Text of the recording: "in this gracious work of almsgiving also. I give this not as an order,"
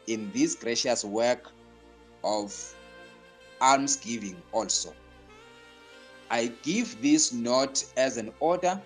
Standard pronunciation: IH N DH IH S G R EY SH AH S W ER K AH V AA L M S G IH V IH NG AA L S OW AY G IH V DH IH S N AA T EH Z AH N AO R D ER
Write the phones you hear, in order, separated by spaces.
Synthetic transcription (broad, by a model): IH N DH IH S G R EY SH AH S W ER K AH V AA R M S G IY V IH NG AA L S OW AY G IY V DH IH S N AA T EH Z AH N AO D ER